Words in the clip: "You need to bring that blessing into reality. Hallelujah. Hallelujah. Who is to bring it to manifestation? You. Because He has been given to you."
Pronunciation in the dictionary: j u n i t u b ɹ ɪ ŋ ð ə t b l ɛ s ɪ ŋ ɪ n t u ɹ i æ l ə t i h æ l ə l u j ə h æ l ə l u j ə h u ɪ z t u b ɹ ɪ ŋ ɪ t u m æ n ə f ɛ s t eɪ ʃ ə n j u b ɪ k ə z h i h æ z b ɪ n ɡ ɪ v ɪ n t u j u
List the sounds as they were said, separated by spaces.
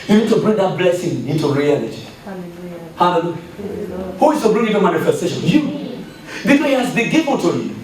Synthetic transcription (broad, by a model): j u n i t u b ɹ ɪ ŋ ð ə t b l ɛ s ɪ ŋ ɪ n t u ɹ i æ l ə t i h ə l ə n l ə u h u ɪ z t u b ɹ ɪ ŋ ɪ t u m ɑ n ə f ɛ s t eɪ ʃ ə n j u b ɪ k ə h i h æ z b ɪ ɡ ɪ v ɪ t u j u